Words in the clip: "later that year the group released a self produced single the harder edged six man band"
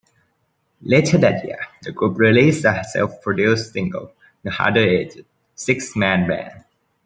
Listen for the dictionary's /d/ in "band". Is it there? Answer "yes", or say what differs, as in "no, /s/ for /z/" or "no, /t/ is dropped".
no, /d/ is dropped